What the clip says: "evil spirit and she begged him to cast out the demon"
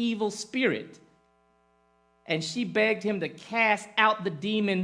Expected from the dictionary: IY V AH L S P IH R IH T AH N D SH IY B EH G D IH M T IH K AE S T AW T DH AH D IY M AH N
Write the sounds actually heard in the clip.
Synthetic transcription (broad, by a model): IY V L S P IH R IH T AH N SH IY B EH G D IH M T IH K AE S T AW T DH AH D IY M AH N